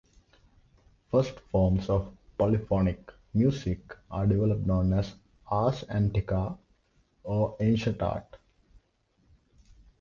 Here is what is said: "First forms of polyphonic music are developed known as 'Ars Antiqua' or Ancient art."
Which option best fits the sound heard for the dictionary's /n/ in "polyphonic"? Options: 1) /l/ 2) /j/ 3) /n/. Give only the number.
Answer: 3